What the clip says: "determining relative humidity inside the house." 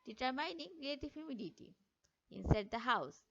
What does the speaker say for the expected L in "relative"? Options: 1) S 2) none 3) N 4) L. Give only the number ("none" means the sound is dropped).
2